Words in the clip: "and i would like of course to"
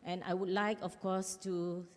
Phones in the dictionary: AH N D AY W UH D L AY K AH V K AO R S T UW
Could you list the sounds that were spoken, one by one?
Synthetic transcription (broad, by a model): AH N AY W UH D L AY K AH F K AO S T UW